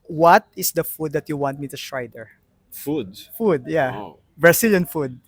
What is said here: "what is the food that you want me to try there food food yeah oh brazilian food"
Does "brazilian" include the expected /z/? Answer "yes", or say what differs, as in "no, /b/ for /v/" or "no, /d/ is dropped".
no, /s/ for /z/